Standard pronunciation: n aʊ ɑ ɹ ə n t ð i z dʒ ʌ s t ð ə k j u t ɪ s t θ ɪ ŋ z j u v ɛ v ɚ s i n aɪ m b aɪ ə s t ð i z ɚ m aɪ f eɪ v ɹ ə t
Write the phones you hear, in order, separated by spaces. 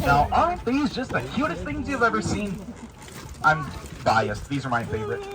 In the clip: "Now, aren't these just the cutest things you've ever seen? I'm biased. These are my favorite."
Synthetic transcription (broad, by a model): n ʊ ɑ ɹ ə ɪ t ð i z dʒ ʌ s t ð ə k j u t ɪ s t θ ɪ ŋ z j u v ɛ v ɚ s i n aɪ m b aɪ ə s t ð i z ɚ m aɪ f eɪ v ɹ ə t